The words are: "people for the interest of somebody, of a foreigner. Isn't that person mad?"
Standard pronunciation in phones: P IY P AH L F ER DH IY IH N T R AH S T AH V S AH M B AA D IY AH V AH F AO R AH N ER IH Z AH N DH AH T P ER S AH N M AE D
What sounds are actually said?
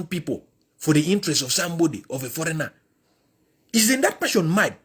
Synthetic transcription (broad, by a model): P IY P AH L F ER DH IY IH N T R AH S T AH V S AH M B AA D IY AH V AH F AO R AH N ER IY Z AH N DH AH T P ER SH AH N M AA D